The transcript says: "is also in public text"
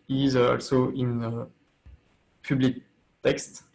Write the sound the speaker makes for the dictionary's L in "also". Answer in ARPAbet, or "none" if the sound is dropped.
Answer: L